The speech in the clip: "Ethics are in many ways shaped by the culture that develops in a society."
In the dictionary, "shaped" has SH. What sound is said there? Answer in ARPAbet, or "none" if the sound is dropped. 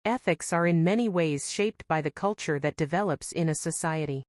SH